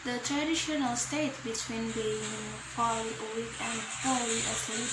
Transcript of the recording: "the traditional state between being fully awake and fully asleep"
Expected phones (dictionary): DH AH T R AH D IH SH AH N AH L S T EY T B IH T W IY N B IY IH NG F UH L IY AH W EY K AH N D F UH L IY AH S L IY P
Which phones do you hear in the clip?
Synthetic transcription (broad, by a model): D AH T R AH D IH SH AH N AH L S T EY T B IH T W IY N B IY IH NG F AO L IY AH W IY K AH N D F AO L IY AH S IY